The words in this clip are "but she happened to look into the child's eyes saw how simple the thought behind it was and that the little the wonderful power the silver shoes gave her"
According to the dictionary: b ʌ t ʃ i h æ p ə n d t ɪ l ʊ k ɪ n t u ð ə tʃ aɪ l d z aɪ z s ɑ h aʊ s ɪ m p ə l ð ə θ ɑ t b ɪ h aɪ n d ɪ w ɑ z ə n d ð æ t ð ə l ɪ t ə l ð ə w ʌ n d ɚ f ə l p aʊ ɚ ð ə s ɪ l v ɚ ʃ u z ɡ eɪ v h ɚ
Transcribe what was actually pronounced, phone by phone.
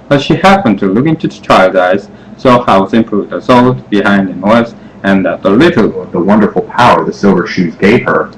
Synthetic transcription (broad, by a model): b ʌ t ʃ i h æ p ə n t ɪ l ʊ k ɪ n t u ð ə tʃ aɪ l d aɪ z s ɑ h aʊ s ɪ m p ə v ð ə s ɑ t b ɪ h aɪ n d ɪ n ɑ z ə n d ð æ t ð ə l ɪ t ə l ð ə w ʌ n d ɚ f l p aʊ ɚ ð ə s ɪ l v ɚ ʃ u z ɡ eɪ v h ɚ